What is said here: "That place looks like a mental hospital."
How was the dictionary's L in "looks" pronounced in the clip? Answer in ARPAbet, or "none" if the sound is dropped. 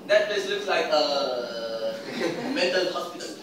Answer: L